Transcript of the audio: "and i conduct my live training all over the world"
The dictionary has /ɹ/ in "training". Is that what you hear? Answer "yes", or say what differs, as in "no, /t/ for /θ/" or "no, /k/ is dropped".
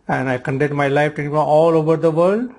no, /ɹ/ is dropped